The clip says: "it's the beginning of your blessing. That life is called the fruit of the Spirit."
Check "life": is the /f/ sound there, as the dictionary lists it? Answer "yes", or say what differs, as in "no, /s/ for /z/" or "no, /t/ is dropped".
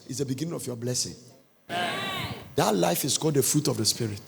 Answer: yes